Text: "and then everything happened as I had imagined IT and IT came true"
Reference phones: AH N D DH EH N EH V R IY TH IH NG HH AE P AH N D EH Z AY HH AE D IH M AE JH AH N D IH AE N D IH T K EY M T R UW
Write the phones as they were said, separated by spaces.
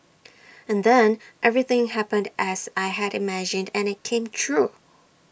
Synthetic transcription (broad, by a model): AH N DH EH N EH V R IY TH IH NG HH AE P AH N D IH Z AY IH D IH M AE JH AH N D IH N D IH T K EY M T R UW